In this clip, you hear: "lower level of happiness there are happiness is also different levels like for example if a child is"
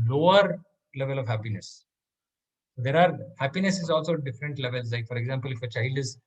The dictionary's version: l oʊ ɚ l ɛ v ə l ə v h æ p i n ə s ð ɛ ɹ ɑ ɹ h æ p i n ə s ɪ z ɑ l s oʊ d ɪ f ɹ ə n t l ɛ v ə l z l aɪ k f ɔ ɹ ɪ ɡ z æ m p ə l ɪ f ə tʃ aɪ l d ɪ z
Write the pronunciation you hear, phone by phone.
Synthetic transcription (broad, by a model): l oʊ ɚ l ɛ v ə l ə v h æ p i n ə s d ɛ ɹ ɑ ɹ h æ p i n ə s ɪ z ɑ l s oʊ d ɪ f ɹ ə n t l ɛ v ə l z l aɪ k f ɔ ɹ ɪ ɡ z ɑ m p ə l ɪ f ə tʃ aɪ l d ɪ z